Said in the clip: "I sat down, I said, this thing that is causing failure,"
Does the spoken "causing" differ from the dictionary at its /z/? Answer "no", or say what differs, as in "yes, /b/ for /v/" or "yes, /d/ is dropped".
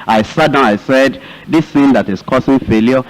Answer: yes, /s/ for /z/